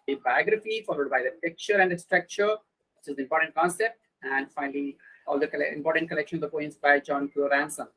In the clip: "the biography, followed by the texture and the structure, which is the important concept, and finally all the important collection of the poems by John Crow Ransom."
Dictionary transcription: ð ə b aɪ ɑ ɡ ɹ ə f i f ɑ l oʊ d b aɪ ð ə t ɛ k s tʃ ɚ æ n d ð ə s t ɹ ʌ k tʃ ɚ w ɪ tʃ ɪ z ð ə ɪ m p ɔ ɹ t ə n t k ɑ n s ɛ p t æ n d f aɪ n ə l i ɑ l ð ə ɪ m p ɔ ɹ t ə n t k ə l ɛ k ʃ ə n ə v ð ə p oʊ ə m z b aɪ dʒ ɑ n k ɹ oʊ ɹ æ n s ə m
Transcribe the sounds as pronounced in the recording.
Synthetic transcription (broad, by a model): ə b aɪ ɑ ɡ ɹ ə f i f ɑ l oʊ d b aɪ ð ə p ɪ k tʃ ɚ æ n d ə s t ɹ ʌ k tʃ ɚ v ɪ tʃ ɪ z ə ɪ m p ɔ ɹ t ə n t k ɑ n s ɛ p t æ n d f aɪ n ə l i ɑ l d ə ɪ m p ɔ ɹ t ə n t k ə l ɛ k ʃ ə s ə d p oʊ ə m s b aɪ dʒ ɑ n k oʊ ɹ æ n s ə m